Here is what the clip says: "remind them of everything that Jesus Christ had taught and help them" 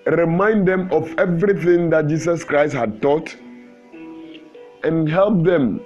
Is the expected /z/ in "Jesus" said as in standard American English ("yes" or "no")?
no